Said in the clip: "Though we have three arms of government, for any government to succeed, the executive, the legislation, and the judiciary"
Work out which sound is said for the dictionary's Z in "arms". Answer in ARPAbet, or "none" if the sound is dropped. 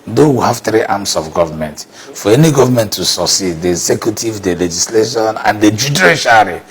S